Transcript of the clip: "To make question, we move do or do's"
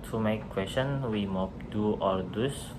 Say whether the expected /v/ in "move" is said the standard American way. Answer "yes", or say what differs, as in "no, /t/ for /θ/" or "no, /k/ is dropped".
no, /p/ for /v/